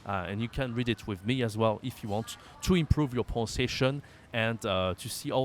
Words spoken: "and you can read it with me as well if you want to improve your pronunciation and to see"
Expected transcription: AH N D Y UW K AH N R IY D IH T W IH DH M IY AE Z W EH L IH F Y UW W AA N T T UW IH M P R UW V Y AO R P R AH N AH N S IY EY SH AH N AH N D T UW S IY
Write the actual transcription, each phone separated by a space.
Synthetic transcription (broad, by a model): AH N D Y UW K AH N R IY D IH T W IH DH M IY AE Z W EH L IH F Y UW W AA N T T UW IH M P R UW V Y AO R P AH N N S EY SH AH N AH N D T UW S IY